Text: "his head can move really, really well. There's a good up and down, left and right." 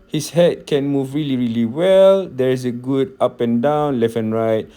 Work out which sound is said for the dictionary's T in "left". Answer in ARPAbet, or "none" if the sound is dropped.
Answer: none